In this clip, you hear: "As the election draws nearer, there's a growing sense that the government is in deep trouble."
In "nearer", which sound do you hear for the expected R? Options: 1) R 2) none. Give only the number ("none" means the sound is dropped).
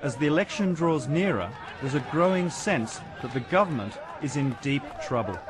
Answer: 1